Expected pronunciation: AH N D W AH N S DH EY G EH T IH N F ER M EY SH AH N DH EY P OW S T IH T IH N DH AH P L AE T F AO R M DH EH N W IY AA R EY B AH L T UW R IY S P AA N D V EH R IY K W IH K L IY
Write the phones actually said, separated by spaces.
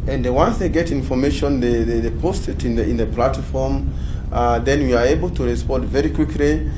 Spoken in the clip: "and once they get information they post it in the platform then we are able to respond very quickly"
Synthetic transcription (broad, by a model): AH N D W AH N S DH EY G EH T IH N F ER M EY SH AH N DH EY P OW S T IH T IH N DH AH P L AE T F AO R M DH EH N W IY AA R EY B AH L T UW R IY S P AA N D V EH R IY K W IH K L IY